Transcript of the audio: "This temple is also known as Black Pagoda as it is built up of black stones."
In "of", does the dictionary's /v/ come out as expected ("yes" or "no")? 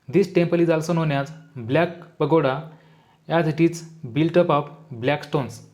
no